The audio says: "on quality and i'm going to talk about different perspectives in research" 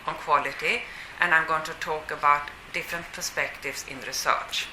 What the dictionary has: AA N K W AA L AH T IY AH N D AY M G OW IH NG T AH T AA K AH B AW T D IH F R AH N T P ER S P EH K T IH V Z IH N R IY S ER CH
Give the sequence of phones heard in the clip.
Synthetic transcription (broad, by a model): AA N K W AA L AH T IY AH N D AY M G OW IH NG T AH T AA K AH B AW T D IH F R AH N T P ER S P EH K T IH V S IH N R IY S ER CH